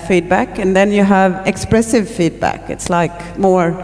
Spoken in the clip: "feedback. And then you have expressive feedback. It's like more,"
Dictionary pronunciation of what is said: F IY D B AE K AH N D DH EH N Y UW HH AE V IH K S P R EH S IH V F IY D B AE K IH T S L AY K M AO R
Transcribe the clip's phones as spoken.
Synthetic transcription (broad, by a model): F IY D B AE K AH N DH EH N Y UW HH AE V IH K S P R EH S IH V F IY D B AE K IH T S L AY K M AO R